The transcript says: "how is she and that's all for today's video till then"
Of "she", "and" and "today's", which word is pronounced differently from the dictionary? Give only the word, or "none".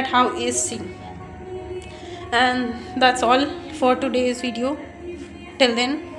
she